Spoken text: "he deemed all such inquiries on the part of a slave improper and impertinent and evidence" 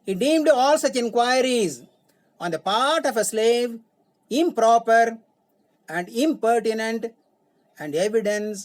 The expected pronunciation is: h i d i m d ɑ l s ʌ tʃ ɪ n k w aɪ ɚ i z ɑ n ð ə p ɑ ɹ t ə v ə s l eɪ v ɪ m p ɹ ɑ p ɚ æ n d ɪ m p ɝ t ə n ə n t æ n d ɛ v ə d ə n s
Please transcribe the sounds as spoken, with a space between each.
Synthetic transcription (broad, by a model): h i d i m d ɑ l s ʌ tʃ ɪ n k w aɪ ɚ i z ɑ n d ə p ɑ ɹ t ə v ə s l eɪ v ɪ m p ɹ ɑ p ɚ æ n d ɪ m p ɝ t ə n ə n t æ n d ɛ v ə d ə n s